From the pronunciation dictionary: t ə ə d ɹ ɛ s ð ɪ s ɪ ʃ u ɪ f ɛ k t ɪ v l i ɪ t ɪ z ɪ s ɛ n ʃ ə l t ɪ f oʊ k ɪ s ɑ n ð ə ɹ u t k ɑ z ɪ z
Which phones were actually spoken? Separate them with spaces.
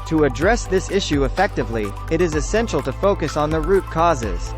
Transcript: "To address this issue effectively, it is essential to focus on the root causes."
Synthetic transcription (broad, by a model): t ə ə d ɹ ɛ s ð ɪ s ɪ ʃ u ɪ f ɛ k t ɪ v l i ɪ t ɪ z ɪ s ɛ n ʃ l t ɪ f oʊ k ɪ s n ð ə ɹ u t k ɑ z ɪ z